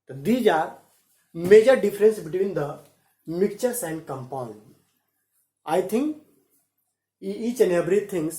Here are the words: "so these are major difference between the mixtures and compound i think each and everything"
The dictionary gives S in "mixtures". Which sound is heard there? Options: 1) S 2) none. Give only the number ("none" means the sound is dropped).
2